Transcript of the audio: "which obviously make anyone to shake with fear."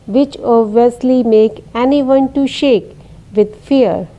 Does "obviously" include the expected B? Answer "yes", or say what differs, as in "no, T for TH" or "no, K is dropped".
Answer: no, B is dropped